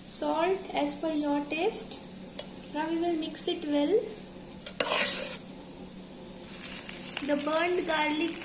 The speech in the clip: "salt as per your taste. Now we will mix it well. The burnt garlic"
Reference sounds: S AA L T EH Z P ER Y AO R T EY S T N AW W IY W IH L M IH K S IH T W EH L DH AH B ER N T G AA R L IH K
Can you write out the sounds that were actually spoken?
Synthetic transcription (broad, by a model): S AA L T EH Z F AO Y AO R T EY S T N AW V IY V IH L M IH K S IH T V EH L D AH B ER N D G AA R L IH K